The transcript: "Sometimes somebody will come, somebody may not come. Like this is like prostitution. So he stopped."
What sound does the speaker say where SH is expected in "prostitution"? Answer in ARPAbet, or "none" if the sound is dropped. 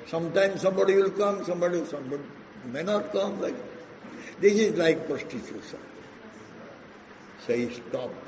S